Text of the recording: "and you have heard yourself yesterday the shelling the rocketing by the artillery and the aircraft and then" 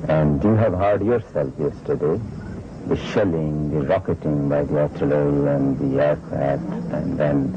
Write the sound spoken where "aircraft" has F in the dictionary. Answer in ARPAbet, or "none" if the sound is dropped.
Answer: none